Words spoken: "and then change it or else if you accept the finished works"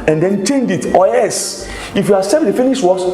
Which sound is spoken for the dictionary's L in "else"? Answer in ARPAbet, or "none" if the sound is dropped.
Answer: none